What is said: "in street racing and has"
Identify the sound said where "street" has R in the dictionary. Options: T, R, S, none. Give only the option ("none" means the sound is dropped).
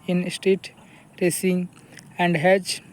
none